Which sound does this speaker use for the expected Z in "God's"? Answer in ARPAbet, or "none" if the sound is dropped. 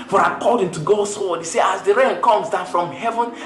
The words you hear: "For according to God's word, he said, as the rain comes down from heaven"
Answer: S